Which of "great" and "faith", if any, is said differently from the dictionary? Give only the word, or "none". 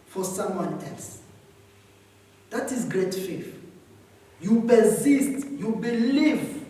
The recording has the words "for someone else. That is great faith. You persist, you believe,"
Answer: faith